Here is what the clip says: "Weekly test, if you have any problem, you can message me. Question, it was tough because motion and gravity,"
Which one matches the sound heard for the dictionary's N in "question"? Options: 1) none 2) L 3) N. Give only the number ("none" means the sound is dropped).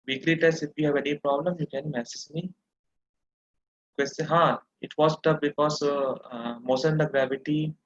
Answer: 1